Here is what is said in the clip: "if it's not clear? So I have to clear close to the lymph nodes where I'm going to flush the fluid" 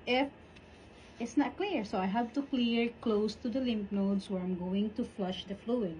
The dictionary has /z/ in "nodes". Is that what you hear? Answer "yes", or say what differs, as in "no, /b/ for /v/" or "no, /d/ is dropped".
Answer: no, /s/ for /z/